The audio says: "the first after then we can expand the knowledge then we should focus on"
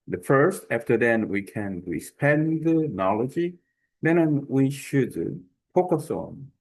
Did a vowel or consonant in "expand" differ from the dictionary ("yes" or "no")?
yes